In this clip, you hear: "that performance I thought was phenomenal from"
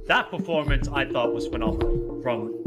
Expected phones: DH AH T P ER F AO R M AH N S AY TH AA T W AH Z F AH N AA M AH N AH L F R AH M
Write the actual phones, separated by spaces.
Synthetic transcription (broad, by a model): DH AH T P ER F AO R M AH N S AY TH AA T W AH Z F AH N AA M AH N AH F R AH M